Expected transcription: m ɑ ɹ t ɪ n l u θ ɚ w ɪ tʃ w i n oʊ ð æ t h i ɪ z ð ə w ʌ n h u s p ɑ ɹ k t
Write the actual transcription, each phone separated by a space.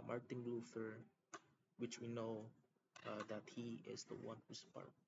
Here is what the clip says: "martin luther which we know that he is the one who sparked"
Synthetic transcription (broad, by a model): m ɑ ɹ t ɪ n l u f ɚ w ɪ tʃ w i n oʊ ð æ t h i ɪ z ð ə w ʌ n h u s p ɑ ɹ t